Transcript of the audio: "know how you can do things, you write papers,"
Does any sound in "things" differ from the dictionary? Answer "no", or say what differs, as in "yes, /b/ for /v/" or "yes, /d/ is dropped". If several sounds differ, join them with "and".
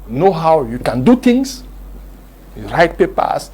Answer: yes, /t/ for /θ/